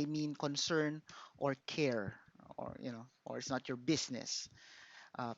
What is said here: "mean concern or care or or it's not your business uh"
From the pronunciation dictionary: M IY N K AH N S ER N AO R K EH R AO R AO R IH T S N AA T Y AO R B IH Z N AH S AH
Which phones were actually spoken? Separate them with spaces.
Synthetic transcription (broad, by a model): M IY N K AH N S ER N AO R K EH R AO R AO R IH T S N AA T Y AO R B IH S N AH S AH